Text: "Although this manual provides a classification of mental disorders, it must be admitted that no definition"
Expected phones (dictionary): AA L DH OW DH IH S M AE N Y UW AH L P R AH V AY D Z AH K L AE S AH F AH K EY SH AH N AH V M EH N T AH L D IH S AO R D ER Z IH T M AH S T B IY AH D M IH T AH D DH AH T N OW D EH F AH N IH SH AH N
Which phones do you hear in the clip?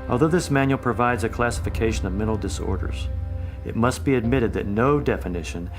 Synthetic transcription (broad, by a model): AA L DH OW DH IH S M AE N Y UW L P R AH V AY D Z AH K L AE S AH F AH K EY SH AH N AH V M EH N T L D IH S AO R D ER Z IH T M AH S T B IY AH D M IH T AH D DH AH T N OW D EH F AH N IH SH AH N